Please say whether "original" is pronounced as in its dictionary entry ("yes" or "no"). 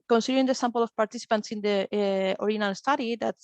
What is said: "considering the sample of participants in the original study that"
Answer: no